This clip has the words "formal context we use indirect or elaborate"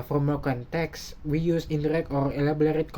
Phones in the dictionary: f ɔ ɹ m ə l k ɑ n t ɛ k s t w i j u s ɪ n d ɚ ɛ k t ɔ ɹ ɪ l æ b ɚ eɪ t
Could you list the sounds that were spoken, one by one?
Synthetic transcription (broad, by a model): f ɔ m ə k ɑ n t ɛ k s w i j u s ɪ n d ɚ ɛ k t ɔ ɹ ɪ l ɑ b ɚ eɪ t